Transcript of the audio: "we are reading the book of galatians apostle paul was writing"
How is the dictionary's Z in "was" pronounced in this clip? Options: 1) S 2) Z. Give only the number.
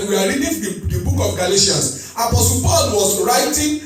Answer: 1